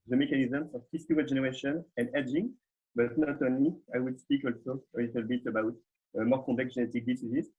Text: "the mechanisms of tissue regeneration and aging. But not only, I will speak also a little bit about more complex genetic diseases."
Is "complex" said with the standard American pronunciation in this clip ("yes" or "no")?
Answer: no